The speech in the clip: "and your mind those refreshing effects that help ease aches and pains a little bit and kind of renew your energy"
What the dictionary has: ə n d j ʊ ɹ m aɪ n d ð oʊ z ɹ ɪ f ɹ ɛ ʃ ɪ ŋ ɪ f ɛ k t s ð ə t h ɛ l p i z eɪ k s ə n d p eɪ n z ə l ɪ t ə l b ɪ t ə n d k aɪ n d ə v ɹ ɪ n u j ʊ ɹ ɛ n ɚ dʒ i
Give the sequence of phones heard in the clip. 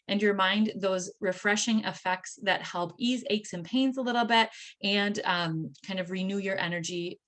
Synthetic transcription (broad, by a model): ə n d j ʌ ɹ m aɪ n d ð oʊ z ɹ ɪ f ɹ ɛ ʃ ɪ ŋ ɪ f ɛ k t s ð ə t h ɛ l p i z eɪ k s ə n p eɪ n z ə l ɪ t l b ɪ t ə n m k aɪ n d ə v ɹ ɪ n u j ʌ ɹ ɛ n ɚ dʒ i